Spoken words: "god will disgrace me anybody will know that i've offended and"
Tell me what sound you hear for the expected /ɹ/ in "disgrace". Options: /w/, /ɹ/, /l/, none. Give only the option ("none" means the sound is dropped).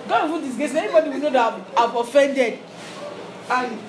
none